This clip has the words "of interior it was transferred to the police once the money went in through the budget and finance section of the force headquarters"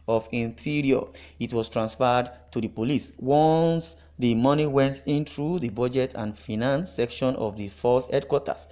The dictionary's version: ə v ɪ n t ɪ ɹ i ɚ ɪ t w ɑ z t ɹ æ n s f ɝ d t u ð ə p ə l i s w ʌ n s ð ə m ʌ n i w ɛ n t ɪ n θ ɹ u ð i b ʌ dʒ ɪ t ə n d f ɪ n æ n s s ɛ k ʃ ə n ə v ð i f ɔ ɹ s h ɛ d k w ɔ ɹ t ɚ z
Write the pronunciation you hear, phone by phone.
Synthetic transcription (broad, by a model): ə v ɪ n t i ɹ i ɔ ɪ t w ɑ s t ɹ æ n s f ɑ d t u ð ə p ə l i s w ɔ n s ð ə m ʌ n i w ɛ n t ɪ n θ ɹ u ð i b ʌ dʒ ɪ t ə n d f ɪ n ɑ n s s ɛ k ʃ ə n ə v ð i f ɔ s h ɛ d k w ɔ t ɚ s